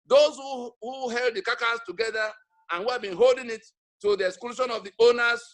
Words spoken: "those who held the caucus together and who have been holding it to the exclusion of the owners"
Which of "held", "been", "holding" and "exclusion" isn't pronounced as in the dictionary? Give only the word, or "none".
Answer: exclusion